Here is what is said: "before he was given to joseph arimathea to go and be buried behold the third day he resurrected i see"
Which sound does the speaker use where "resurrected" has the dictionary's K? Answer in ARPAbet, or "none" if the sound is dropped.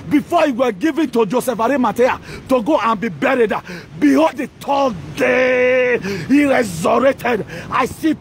none